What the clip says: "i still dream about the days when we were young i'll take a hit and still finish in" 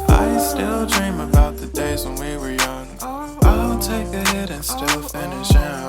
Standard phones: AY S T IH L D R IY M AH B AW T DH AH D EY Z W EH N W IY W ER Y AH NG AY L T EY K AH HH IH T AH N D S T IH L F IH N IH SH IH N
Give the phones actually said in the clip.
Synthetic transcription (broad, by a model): AY S T IH L D R IY M AH B AW T DH AH D EY Z W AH N W IY W ER Y AH NG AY N T EY K AH HH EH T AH N S T IH L F IH N IH SH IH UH